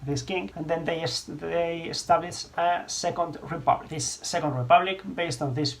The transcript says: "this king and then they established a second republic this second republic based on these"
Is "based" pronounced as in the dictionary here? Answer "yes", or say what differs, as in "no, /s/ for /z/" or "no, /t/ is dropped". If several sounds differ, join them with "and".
yes